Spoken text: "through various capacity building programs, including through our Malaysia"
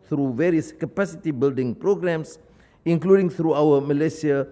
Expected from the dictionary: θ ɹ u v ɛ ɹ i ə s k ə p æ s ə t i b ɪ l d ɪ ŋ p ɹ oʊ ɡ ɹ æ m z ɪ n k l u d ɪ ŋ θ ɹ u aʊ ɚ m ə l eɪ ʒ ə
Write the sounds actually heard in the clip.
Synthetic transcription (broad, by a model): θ ɹ u v ɛ ɹ i ə s k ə p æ s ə t i b ɪ l d ɪ ŋ p ɹ oʊ ɡ ɹ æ m s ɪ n k l u d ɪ ŋ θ ɹ u aʊ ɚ m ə l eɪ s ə